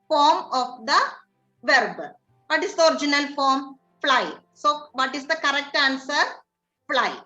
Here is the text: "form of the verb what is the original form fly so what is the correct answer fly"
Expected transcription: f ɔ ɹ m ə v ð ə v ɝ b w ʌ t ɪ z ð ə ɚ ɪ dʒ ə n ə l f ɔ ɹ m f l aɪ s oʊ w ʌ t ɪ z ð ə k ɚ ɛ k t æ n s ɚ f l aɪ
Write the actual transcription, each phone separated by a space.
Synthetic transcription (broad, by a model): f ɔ ɹ m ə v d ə v ɝ b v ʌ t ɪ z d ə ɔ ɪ dʒ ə n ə l f ɔ ɹ m f l aɪ s oʊ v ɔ t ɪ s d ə k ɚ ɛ k t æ n s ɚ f l aɪ